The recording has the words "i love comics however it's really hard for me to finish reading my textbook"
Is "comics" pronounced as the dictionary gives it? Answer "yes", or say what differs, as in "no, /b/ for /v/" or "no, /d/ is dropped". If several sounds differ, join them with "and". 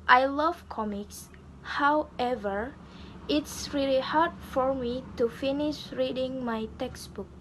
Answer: yes